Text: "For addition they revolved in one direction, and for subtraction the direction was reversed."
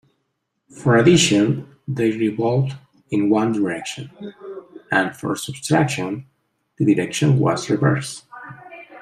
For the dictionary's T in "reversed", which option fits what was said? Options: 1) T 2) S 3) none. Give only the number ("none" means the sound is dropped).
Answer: 3